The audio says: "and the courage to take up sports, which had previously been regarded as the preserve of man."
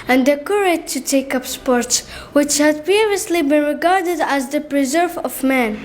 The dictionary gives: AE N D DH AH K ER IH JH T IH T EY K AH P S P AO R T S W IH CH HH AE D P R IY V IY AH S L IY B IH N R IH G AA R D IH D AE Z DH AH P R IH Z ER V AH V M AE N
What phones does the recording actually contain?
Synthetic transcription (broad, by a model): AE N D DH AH K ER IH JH T IH T EY K AH P S P AO R T S W IH CH HH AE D P IY V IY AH S L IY B IH N R IH G AA R D IH D AE Z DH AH P R IH Z ER V AH V M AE N